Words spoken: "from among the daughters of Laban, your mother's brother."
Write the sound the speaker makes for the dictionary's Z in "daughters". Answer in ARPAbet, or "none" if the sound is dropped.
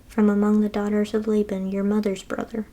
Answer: Z